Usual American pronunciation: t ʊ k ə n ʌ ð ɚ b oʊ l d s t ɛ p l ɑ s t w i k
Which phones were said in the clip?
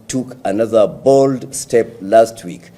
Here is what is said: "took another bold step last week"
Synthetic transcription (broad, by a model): t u k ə n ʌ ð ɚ b oʊ l d s t ɛ p l ɑ s t w i k